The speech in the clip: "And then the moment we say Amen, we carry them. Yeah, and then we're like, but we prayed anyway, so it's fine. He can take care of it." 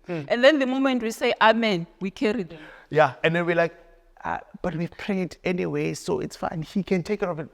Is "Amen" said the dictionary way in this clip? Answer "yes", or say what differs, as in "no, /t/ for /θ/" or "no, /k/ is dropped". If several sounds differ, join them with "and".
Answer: yes